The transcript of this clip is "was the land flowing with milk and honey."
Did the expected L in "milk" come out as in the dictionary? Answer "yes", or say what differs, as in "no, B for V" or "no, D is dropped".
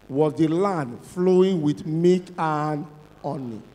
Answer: no, L is dropped